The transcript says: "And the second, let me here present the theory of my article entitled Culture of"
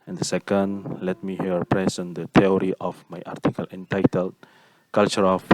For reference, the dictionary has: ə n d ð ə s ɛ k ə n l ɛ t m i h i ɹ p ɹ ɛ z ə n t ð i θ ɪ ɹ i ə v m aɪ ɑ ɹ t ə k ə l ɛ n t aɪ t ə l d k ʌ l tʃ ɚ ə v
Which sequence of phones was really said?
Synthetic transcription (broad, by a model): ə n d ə s ɛ k ə n l ɛ t m i h i ɹ p ɹ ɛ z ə n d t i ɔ ɹ i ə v m aɪ ɑ ɹ t ə k ə l ɛ n t aɪ t ə l d k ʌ l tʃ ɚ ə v